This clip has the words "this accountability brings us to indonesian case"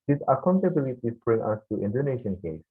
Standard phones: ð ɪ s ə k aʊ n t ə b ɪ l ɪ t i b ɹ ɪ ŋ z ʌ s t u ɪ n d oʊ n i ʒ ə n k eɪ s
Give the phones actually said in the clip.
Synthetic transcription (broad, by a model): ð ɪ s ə k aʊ n t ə b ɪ l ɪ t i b ɹ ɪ ŋ ʌ s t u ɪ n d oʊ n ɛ ʃ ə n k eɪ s